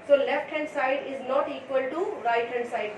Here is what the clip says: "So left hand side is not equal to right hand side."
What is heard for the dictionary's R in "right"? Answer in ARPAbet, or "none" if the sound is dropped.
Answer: R